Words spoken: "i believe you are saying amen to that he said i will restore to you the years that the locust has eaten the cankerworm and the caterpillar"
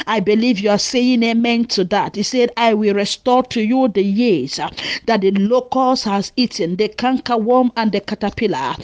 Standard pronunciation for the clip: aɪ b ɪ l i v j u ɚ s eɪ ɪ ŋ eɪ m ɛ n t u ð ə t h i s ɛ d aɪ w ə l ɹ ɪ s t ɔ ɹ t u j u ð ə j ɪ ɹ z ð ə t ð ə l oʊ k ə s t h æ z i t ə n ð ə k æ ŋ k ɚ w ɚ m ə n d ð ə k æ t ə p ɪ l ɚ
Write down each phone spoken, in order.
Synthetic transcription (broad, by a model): aɪ b ɪ l i v j u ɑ s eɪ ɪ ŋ eɪ m ɛ n t u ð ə t h i s ɛ d aɪ w ə l ɹ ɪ s t ɔ t u j u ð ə j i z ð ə t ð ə l oʊ k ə s h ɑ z i t ə n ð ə k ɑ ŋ k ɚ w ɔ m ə n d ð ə k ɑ t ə p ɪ l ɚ